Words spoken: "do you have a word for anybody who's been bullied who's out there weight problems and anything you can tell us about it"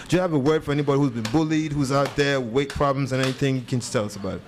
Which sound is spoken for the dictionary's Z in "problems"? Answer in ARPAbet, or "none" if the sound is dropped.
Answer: Z